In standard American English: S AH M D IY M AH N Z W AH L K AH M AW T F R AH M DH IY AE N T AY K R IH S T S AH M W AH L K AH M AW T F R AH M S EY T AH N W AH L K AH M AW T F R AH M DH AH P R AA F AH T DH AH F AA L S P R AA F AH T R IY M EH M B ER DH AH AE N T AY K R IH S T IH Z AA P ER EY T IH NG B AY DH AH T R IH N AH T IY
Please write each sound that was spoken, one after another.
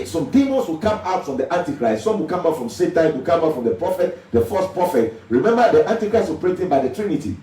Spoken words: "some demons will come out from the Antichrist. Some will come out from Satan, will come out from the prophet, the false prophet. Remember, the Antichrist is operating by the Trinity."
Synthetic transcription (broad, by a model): S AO M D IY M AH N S W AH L K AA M AW T F R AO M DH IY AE N T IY K R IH S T S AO M W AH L K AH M AW T F R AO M S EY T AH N W AH L K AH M AW T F R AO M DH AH P R AA F AH T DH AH F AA S P R AA F AH T R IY M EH M B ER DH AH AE N T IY K R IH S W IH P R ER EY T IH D B AY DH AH T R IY N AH T IY